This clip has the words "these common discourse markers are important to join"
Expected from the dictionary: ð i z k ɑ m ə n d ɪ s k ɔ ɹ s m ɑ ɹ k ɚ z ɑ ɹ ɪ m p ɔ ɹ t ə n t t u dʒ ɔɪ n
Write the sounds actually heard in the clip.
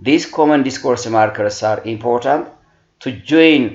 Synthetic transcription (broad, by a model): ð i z k ɑ m ə n d ɪ s k ɔ ɹ s m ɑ ɹ k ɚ s ɑ ɹ ɪ m p ɔ ɹ t ə n t t u dʒ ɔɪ n